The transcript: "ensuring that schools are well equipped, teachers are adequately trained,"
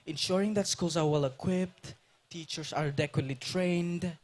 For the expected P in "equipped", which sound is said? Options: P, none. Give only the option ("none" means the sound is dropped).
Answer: P